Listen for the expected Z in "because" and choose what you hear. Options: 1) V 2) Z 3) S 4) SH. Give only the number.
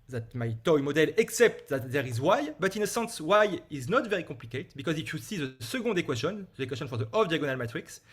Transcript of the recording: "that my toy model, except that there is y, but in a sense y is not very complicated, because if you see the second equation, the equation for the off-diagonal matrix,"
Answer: 2